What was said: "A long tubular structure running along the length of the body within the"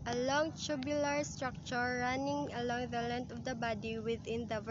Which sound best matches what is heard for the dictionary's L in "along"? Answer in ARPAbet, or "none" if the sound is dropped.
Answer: L